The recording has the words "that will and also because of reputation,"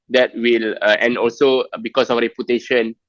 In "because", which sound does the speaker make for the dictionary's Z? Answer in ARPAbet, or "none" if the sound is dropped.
S